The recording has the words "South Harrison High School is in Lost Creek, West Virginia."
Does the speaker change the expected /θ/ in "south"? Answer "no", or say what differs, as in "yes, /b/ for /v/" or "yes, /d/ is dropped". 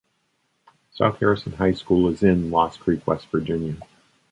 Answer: no